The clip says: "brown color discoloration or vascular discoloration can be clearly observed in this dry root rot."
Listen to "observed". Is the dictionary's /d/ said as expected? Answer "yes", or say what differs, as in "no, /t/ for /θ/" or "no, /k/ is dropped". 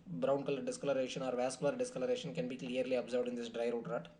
yes